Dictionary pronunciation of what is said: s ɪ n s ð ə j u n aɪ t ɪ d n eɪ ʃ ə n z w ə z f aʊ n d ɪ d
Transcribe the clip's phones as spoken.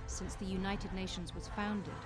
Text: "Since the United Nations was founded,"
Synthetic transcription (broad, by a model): s ɪ n s ð ə j u n aɪ t ɪ d n eɪ ʃ ə n z w ə z f aʊ n d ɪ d